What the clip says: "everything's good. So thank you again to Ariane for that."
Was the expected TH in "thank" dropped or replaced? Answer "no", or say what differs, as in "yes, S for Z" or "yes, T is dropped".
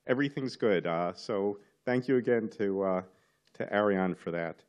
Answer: no